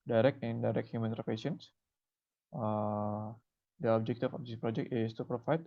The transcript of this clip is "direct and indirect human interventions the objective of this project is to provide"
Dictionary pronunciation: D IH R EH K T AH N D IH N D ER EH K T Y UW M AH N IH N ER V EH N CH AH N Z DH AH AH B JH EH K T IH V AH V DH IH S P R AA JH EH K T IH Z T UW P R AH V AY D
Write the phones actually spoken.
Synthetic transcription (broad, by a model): D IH R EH K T AH N D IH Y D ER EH K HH Y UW M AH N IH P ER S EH N S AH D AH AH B JH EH K T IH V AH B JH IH P R AA JH EH K T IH S T UW P R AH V AY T